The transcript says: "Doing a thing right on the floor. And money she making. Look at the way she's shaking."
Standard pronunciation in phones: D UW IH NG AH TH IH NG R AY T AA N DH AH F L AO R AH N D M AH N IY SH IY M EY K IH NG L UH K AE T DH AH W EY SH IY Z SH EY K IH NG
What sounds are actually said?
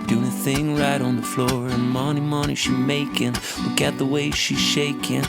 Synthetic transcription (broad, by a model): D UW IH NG AH TH IH NG R AY T N DH AH F L AO R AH N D M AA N IY SH IY M EY K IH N L UH K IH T DH AH W EY SH IY Z SH EY K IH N